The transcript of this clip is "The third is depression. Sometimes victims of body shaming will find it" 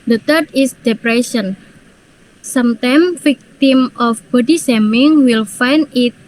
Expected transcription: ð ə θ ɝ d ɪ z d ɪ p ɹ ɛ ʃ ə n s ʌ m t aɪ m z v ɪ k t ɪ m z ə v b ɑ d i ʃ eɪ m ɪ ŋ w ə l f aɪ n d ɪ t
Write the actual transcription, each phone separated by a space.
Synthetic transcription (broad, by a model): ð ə t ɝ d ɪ s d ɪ p ɹ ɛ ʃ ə n s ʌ m t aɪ m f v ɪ k t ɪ m ə f b ɑ d i s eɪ m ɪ ŋ w ə l f aɪ n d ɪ t